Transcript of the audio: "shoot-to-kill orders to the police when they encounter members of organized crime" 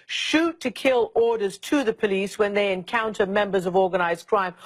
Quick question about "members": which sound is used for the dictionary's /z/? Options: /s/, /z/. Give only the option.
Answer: /z/